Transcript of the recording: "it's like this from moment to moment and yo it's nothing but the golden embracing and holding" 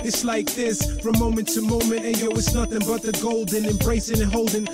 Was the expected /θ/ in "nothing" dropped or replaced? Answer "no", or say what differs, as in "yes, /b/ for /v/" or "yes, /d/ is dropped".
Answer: no